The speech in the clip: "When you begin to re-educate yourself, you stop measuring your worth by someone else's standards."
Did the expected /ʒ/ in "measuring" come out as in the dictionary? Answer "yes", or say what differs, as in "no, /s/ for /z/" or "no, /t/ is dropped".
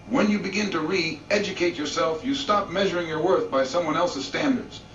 yes